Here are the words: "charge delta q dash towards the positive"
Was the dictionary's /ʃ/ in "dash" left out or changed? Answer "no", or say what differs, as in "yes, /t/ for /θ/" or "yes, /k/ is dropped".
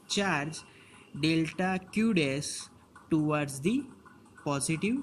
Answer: yes, /s/ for /ʃ/